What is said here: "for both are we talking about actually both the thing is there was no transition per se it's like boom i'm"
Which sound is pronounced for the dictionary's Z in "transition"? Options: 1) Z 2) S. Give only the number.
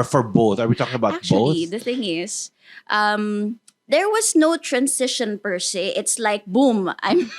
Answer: 2